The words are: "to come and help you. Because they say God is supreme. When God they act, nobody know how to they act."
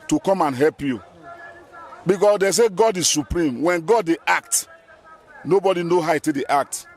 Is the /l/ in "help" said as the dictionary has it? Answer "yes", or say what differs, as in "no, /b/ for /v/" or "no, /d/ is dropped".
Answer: yes